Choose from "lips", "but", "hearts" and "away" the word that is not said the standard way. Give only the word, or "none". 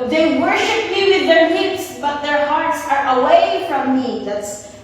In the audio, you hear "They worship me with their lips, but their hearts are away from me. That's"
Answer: lips